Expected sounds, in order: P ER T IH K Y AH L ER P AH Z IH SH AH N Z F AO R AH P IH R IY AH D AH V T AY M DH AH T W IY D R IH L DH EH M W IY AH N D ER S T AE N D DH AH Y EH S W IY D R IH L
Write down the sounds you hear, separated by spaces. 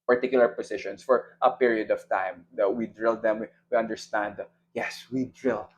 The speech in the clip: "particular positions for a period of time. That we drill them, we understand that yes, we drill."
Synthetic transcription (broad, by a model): P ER T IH K Y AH L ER P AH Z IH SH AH N S F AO R AH P IH R IY AH D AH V T AY M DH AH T W IY D R IH L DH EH M W IY AH N D ER S T AE N D Y EH S W IY D R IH L